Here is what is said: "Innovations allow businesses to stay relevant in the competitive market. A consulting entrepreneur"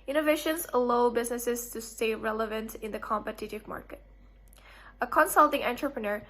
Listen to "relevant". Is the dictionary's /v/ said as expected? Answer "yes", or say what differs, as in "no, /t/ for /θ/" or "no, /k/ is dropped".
yes